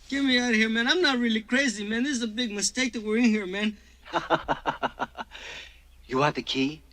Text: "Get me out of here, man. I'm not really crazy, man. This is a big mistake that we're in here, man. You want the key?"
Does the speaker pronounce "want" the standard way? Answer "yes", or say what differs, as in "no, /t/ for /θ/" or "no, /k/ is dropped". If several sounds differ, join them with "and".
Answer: no, /n/ is dropped